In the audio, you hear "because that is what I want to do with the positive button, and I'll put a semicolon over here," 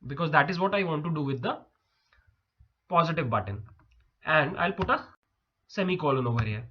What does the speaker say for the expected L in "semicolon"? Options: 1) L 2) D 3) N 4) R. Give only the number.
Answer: 1